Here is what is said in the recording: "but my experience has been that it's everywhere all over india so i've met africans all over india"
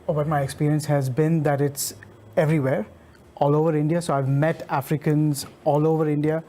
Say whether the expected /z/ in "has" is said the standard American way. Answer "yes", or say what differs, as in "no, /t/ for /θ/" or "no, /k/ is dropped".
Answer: yes